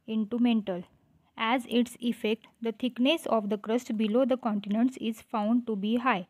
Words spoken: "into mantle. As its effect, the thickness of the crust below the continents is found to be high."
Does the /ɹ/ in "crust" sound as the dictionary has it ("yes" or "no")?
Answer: yes